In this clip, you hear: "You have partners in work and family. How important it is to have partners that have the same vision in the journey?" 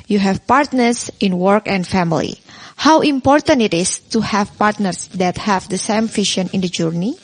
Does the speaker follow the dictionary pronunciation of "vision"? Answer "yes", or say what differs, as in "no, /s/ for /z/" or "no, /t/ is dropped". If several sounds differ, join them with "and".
no, /f/ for /v/ and /ʃ/ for /ʒ/